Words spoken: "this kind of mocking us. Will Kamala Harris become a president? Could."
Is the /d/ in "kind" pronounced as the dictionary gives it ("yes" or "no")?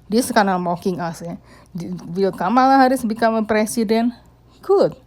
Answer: no